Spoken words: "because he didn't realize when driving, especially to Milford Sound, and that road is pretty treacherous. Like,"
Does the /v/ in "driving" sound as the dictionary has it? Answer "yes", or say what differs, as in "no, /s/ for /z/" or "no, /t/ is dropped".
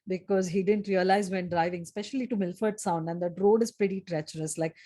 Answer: yes